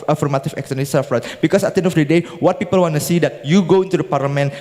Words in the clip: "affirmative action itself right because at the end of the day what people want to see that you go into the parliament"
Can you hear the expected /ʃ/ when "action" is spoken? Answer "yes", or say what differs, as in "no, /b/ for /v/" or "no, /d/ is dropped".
no, /s/ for /ʃ/